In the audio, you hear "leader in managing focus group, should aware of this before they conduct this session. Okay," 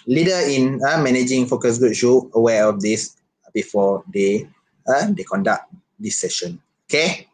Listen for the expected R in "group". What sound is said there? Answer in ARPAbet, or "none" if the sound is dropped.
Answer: none